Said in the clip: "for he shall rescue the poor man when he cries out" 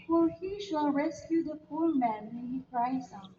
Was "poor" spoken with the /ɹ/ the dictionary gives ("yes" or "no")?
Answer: no